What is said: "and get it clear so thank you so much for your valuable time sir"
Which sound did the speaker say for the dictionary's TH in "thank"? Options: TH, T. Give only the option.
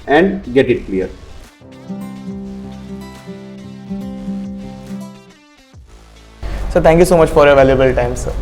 T